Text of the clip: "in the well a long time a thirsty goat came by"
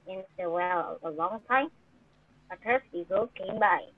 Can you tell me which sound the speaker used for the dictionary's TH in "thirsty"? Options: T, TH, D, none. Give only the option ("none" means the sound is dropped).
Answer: T